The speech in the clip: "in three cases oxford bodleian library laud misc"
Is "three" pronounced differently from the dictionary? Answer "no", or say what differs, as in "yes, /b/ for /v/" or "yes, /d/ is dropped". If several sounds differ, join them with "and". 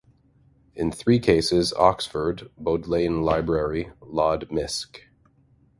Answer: no